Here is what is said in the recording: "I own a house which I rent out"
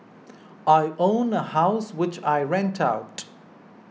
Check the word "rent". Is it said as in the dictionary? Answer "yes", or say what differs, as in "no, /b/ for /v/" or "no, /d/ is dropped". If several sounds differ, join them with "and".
yes